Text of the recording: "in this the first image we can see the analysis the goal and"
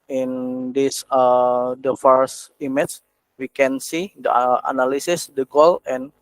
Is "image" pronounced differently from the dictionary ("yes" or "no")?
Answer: yes